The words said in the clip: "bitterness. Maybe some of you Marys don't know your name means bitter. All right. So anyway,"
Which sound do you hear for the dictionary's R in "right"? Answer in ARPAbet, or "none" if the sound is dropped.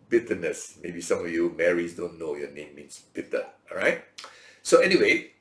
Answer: R